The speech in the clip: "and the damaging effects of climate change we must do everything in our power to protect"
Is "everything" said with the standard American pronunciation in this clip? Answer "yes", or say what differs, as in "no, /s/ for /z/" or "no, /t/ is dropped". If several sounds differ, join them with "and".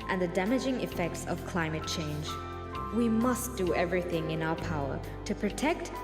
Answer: yes